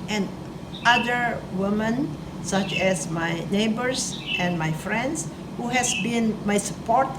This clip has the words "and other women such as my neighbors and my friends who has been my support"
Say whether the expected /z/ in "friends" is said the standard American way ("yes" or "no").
no